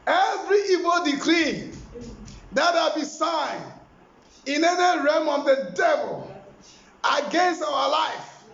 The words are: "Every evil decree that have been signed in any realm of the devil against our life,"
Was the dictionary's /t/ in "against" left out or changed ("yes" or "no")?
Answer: no